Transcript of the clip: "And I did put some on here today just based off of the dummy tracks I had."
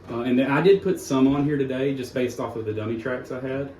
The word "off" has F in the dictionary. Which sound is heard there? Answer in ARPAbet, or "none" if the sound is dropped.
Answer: F